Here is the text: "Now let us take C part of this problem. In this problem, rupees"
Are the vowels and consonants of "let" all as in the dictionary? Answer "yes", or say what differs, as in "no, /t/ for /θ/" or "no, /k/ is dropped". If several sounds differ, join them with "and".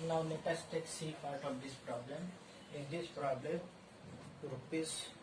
no, /n/ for /l/